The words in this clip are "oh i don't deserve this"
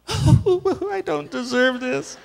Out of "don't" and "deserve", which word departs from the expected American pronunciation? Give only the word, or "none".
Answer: none